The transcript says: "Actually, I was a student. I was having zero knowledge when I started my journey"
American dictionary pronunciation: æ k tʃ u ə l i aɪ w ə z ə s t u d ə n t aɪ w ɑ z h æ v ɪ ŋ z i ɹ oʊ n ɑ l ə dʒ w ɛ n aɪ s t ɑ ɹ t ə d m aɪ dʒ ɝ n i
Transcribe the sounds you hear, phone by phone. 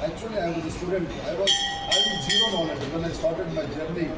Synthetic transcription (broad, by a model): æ k tʃ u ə l i aɪ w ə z ə s t u d ə n t aɪ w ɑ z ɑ ɪ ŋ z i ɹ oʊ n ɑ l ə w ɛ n aɪ s t ɑ ɹ t ə d m aɪ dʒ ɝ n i